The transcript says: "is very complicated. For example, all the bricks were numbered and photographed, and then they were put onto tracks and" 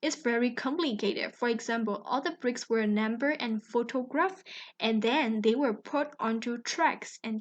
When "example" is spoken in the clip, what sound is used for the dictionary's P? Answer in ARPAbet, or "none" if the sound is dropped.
P